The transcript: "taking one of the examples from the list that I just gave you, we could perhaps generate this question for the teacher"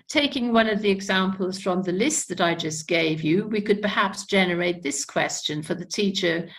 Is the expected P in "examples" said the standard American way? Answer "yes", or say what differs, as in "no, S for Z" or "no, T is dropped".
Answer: yes